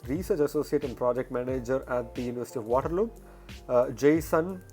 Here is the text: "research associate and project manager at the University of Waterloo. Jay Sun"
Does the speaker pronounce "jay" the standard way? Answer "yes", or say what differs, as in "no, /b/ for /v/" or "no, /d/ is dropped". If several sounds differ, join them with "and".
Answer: yes